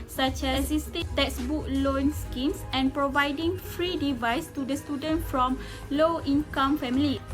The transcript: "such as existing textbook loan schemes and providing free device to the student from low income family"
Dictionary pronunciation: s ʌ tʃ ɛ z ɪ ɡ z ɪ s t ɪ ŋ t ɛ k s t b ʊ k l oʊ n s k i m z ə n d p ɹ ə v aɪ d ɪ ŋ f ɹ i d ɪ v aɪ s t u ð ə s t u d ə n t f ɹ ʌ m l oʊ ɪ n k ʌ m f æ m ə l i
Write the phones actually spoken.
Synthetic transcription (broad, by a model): s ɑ tʃ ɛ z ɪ s t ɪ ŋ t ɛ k s b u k l oʊ n s k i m s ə n p ɹ ə v aɪ d ɪ ŋ f ɹ i d ɪ v aɪ s t u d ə s t u d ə n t f ɹ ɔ m l oʊ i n k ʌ m f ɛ m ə l i